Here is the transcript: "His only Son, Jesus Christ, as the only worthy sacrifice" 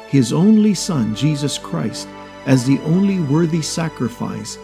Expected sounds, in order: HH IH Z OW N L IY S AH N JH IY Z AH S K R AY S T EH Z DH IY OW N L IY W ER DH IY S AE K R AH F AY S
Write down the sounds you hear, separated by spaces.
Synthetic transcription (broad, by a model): HH IH Z OW N L IY S AH N JH IY Z AH S K R AY S T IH Z DH IY OW N L IY W ER DH IY S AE K R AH F AY S